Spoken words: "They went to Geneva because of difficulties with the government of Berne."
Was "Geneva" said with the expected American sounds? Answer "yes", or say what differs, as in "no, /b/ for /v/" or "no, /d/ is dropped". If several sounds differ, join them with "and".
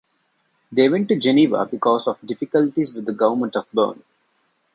yes